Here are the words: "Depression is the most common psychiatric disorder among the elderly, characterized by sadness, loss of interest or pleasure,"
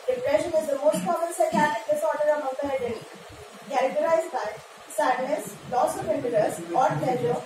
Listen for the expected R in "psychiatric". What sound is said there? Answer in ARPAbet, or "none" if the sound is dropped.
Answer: none